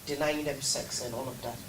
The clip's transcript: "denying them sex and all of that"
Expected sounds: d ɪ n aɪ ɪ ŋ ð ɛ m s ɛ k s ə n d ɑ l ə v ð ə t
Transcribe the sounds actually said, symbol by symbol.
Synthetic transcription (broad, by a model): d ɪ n aɪ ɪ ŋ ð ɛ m s ɛ k s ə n ɑ l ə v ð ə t